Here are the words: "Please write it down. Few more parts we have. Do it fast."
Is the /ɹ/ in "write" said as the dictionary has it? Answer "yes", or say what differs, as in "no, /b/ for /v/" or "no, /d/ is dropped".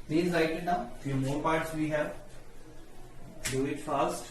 no, /l/ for /ɹ/